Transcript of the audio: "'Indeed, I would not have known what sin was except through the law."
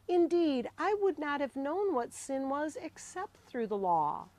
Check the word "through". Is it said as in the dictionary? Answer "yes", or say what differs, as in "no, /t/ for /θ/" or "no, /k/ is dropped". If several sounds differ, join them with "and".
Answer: yes